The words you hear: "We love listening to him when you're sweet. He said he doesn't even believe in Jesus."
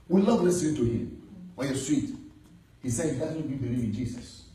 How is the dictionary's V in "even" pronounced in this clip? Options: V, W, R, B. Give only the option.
B